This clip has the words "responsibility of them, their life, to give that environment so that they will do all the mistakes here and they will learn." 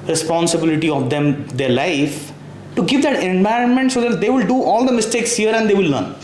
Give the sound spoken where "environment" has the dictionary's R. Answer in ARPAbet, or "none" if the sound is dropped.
R